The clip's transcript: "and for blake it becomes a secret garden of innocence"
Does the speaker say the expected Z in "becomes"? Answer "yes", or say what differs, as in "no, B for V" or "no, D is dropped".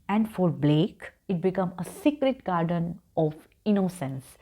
no, Z is dropped